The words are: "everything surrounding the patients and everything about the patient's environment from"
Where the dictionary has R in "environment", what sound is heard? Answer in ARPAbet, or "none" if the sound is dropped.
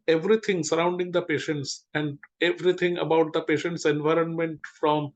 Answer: R